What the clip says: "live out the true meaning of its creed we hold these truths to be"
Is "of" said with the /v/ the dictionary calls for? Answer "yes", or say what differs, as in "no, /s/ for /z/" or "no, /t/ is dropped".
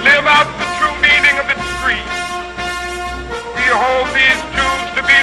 yes